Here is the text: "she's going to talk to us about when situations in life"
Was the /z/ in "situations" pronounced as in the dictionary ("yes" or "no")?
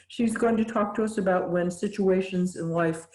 yes